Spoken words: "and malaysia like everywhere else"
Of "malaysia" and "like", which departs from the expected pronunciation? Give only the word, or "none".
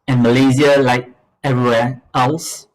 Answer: malaysia